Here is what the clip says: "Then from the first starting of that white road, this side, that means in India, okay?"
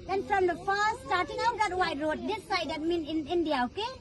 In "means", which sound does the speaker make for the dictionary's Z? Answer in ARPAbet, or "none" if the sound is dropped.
none